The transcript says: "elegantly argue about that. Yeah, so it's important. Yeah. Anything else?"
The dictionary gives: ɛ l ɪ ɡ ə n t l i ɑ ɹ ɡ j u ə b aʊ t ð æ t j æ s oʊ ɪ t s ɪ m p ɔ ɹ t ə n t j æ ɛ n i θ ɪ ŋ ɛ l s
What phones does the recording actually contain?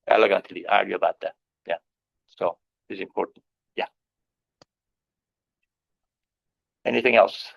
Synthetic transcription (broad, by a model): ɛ l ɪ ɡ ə n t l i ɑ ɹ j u ə b aʊ t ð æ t j æ s oʊ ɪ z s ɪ m p ɔ ɹ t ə n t j æ ɛ n i θ ɪ ŋ ɛ l s